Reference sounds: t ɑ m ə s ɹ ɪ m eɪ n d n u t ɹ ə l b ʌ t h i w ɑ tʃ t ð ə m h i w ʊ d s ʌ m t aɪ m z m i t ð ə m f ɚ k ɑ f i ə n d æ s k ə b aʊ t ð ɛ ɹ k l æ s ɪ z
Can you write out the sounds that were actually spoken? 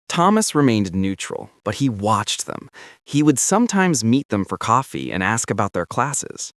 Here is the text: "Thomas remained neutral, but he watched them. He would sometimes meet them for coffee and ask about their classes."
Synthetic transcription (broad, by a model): t ɑ m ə s ɹ ɪ m eɪ n d n u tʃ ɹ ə l b ʌ t h i w ɑ tʃ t ð ə m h i w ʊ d s ʌ m t aɪ m z m i t ð ə m f ɚ k ɑ f i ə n æ s k ə b aʊ t ð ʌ ɹ k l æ s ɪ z